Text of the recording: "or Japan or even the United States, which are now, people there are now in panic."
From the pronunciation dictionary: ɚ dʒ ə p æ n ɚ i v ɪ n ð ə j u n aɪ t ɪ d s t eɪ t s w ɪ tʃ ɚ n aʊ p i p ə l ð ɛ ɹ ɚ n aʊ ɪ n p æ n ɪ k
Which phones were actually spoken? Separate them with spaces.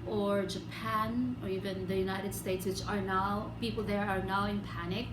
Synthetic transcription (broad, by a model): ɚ dʒ ə p æ n ɚ i v ɪ n ð ə j u n aɪ t ɪ d s t eɪ t s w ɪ s ɚ n aʊ p i p ə l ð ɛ ɹ ɚ n aʊ ɪ n p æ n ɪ k